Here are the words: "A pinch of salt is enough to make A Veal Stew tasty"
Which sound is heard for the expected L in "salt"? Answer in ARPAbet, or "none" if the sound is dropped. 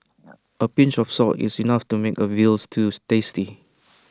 none